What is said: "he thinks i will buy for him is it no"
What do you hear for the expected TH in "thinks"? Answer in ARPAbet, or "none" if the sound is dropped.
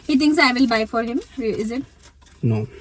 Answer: T